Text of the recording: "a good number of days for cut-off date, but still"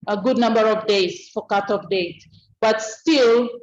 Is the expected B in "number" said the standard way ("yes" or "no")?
yes